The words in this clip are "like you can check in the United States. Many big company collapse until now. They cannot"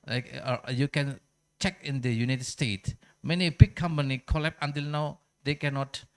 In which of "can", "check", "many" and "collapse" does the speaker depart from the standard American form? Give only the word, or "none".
collapse